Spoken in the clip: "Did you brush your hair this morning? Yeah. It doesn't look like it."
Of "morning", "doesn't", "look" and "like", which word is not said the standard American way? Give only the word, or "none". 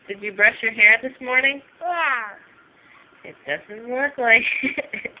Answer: look